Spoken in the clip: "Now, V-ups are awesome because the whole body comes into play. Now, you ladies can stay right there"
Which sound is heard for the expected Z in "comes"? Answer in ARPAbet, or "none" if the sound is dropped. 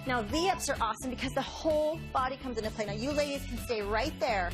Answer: Z